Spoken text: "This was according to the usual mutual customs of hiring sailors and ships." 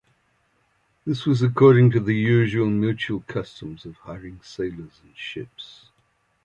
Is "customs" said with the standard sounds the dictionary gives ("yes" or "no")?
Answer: yes